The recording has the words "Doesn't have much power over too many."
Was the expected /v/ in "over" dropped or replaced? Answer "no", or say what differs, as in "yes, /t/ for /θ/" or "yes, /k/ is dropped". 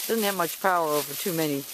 no